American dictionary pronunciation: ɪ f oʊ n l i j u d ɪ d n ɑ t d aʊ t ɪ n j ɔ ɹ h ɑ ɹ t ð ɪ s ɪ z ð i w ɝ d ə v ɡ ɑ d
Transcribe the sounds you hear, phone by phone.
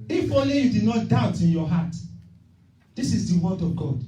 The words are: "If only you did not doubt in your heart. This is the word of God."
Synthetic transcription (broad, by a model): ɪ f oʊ l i j u d ɪ d n ɑ t d aʊ t ɪ n j ɔ h ɑ t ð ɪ s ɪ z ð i w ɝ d ə v ɡ ɑ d